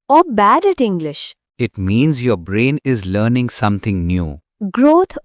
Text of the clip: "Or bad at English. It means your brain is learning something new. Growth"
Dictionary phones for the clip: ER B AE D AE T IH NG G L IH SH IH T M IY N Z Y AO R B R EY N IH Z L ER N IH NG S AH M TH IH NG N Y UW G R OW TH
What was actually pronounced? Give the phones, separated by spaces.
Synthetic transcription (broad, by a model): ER B AE D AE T IH NG G L IH SH IH T M IY N Z Y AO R B R EY N IH Z L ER N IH NG S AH M T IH NG N Y UW G R OW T